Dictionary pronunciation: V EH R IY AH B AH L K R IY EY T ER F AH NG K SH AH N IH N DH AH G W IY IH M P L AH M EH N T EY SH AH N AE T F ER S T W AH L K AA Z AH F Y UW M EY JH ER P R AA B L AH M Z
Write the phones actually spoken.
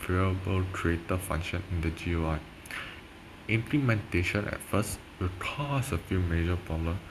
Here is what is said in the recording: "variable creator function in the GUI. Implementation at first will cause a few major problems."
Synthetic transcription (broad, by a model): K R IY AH B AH L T R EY T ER F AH NG K SH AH N IH N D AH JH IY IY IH M P L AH M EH N T EY SH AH N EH T F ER S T W AH L K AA S AH F Y UW M EY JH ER P R AA B L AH M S